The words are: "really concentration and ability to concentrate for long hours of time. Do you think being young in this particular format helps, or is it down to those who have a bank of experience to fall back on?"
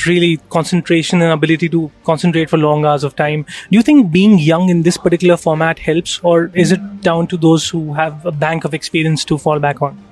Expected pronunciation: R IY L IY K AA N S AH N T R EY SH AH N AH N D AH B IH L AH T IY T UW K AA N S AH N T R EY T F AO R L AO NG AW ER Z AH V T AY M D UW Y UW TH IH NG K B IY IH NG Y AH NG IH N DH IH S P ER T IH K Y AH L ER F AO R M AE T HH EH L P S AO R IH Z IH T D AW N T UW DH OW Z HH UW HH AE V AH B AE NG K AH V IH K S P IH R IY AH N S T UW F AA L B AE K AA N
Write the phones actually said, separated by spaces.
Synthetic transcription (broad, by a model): R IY L IY K AA N S AH N T R EY SH AH N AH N AH B IH L AH T IY T UW K AA N S AH N T R EY T F AO R L AO NG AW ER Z AH V T AY M D UW Y UW T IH NG K B IY IH NG Y AH NG IH N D IH S P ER T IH K Y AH L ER F AO R M AE T HH EH L P S AO R IH Z IH T D AW N T UW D OW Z HH UW HH AE V AH B AE NG K AH V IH K S P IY R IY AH N S T UW F AA L B AE K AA N